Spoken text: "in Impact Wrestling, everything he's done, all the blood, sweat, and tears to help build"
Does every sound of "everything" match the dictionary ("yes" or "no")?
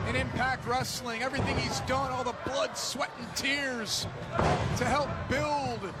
yes